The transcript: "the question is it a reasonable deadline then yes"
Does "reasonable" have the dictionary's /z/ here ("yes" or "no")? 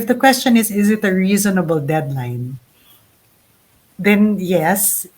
yes